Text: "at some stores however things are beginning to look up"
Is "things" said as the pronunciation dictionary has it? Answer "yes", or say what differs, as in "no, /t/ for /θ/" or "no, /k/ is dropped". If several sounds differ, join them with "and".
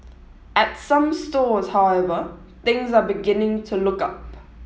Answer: yes